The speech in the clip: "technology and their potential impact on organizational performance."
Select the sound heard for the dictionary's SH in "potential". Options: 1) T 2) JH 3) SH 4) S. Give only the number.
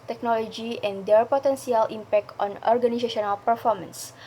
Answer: 4